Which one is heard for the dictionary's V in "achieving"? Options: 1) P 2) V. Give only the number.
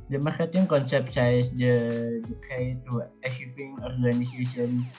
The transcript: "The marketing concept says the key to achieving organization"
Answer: 1